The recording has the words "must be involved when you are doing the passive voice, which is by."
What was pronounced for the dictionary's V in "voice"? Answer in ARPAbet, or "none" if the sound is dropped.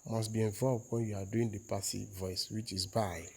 V